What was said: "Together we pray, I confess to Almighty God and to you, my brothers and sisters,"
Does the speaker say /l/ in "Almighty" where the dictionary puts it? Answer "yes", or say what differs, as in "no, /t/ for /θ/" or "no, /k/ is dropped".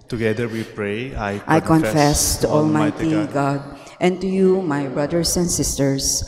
yes